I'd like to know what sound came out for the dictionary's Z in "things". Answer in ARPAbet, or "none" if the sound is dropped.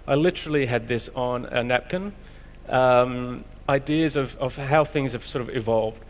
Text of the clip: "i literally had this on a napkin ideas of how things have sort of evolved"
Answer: Z